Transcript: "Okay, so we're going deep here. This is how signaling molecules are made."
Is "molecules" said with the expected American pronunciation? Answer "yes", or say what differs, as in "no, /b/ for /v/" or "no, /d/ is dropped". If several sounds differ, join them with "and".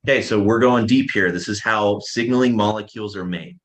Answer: yes